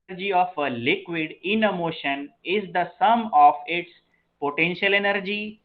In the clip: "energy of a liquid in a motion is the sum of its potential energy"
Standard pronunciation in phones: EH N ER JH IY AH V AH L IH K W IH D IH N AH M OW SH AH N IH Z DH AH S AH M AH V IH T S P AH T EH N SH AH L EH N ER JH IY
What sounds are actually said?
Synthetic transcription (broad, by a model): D JH IY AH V AH L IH K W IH D IH N AH M OW SH AH N IH Z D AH S AH M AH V IH T S P AH T EH N SH AH L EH N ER JH IY